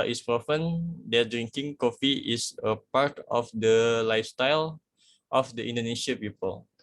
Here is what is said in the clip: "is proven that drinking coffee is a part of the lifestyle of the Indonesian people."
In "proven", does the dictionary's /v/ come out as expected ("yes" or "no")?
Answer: no